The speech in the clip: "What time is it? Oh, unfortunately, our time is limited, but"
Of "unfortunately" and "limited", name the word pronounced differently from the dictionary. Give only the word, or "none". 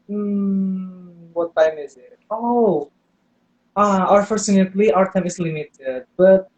unfortunately